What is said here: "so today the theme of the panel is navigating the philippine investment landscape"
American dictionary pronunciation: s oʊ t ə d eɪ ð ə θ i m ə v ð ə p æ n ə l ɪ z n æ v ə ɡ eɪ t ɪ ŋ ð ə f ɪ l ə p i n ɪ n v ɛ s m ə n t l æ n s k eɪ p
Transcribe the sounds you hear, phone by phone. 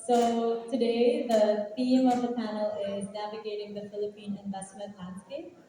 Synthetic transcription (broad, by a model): s oʊ t ə d eɪ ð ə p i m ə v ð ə p æ n ə l ɪ z n æ v ə ɡ eɪ t ɪ ŋ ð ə f ɪ l ə p i n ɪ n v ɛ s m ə t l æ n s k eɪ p